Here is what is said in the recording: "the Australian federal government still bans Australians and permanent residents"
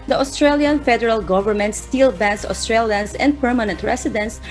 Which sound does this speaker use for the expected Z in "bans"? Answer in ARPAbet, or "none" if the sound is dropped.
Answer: S